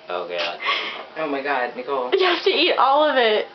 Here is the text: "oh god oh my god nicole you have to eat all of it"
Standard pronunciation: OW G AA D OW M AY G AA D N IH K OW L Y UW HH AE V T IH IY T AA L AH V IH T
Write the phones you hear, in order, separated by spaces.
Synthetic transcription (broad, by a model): OW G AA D OW M AY G AA D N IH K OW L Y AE F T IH IY T AA L AH V IH T